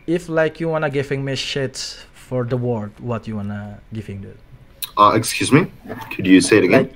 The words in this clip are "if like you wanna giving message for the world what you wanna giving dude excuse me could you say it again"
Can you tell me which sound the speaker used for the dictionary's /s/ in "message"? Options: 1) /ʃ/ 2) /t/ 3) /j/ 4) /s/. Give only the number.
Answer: 1